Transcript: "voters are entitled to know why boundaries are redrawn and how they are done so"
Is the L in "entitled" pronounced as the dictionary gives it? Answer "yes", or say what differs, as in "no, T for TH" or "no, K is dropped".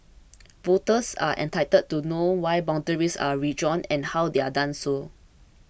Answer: no, L is dropped